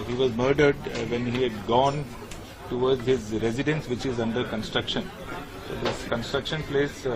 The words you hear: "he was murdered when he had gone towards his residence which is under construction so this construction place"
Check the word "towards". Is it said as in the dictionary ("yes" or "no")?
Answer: no